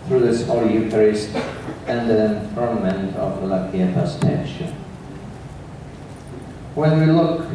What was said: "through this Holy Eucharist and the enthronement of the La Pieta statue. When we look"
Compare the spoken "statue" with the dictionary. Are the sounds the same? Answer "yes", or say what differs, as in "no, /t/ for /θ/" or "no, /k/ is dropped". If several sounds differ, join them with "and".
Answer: no, /ʃ/ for /tʃ/